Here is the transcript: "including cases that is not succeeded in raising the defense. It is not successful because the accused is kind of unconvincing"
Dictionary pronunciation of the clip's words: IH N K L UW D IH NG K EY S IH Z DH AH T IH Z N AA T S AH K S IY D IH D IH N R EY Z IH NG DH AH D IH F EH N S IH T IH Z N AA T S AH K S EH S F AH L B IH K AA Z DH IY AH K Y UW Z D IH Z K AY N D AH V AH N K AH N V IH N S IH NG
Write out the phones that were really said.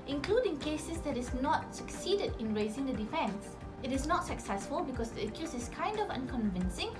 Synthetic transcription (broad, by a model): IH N K L UW D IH NG K EY S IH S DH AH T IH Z N AA T S AH K S IY D IH D IH N R EY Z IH NG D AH D IH F EH N S IH T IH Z N AA T S AH K S EH S F AH L B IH K AA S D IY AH K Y UW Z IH S K AY N D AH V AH N K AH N V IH N S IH NG